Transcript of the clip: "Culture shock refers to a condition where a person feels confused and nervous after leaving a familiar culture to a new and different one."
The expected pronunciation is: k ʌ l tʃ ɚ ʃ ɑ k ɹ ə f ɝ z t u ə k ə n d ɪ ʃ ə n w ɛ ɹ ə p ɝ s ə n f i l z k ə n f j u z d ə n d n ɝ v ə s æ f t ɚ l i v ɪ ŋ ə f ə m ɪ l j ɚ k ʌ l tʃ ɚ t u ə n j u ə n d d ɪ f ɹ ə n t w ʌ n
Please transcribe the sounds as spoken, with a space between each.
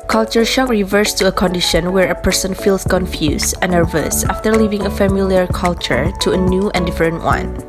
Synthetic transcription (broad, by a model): k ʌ l tʃ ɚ ʃ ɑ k ɹ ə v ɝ s t u ə k ə n d ɪ ʃ ə n w ɛ ɹ ə p ɝ s ə n f i l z k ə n f j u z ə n n ɝ v ə s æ f t ɚ l i v ɪ ŋ ə f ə m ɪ l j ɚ k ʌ l tʃ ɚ t u ə n j u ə n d d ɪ f ɹ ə n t w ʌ n